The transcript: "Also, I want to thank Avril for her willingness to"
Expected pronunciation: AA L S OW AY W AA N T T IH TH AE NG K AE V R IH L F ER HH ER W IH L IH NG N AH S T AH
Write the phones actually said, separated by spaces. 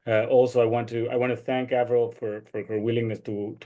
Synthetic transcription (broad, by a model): AA L S OW AY W AA N T T IH TH AE NG K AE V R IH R F ER HH ER W IH L IH NG N AH S T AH